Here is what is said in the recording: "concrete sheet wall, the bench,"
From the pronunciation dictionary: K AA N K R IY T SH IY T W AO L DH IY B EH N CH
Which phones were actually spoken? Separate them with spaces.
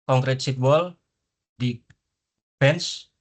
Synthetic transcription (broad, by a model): K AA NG K R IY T S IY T W AO L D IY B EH N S